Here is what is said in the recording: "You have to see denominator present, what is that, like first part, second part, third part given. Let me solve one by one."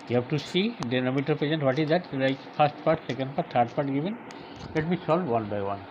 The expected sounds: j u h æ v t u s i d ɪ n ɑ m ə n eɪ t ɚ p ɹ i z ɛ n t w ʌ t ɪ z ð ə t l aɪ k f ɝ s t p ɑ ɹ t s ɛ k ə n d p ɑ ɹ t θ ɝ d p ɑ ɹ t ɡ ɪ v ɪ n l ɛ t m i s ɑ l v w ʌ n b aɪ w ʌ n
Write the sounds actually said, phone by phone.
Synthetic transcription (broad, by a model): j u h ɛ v t u s i d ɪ n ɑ m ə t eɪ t p i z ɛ n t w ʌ t ɪ z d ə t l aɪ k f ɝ s t p ɑ ɹ t s ɛ k ə n d p ɑ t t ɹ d p ɑ ɹ t ɡ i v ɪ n l ɛ t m i s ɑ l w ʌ n b aɪ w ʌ n